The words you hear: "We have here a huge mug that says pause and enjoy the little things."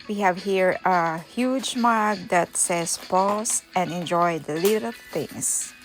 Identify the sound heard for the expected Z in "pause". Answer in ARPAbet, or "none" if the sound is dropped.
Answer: S